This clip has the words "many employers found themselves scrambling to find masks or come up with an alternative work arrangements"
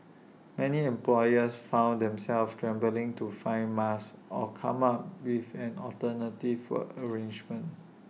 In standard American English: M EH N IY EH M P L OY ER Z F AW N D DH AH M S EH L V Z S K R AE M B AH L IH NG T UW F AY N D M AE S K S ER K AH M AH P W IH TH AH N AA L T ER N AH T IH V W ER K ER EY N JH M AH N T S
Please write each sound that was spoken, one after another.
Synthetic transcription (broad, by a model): M EH N IY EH M P L OY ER S F AW N D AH M S EH L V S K R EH M B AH L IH NG T UW F AY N M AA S S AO K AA M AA P W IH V AH N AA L T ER N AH T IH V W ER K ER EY N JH M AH N T